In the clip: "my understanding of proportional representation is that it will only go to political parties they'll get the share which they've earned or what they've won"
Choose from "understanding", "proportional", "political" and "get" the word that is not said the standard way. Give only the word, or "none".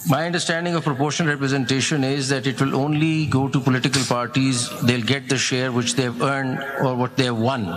proportional